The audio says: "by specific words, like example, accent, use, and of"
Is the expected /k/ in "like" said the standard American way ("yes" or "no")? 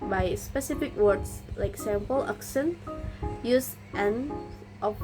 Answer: yes